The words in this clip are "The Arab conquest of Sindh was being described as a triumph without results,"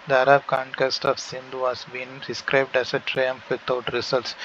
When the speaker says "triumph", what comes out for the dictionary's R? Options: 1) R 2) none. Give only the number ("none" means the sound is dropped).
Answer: 1